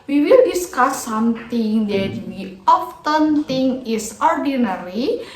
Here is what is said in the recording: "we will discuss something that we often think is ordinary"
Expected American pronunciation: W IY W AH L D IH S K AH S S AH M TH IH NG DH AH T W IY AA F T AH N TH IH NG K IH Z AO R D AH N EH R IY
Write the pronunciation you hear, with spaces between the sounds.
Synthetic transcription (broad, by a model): W IY W AH L D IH S K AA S S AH M T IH NG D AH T W IY AA F T AH N T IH NG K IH S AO R D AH N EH R IY